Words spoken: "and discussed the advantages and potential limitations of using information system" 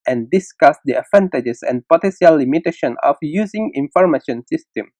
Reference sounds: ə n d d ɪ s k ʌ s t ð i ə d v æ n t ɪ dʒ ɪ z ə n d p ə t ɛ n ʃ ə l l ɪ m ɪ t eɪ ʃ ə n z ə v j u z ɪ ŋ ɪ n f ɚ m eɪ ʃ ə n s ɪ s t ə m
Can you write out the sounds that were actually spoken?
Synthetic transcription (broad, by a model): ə n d d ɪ s k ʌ s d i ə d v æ n t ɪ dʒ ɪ s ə n p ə t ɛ n s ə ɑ l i m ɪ t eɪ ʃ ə n ə f j u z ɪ ŋ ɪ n f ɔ m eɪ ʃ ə n s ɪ s t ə m